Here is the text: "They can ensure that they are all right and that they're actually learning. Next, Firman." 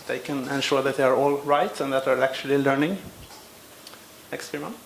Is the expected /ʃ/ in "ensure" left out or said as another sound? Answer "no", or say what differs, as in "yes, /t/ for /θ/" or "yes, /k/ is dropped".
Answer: no